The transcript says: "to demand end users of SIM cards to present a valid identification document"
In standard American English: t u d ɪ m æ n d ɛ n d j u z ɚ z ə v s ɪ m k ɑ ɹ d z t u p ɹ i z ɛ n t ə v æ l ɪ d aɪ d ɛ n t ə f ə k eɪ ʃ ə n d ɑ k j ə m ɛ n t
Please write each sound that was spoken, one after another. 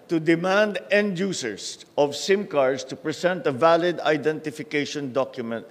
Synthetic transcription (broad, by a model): t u d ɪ m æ n d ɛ n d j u s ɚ s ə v s ɪ m k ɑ ɹ d s t u p ɹ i s ɛ n t ə v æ l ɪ d aɪ d ɛ n t ə f ə k eɪ ʃ ə n d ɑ k j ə m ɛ n t